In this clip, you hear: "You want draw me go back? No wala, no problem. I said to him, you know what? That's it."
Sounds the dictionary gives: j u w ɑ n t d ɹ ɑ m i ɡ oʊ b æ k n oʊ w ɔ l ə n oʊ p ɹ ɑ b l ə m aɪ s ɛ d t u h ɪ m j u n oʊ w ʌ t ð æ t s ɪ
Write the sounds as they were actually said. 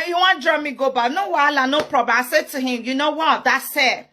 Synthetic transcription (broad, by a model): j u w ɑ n d ɹ ɑ m i ɡ oʊ b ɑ n oʊ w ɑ l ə n oʊ p ɹ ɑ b ə aɪ s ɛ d t u h ɪ m j u n oʊ w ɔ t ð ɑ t s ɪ